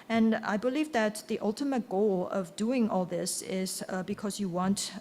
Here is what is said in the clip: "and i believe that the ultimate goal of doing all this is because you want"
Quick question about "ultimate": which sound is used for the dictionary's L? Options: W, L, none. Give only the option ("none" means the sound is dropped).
L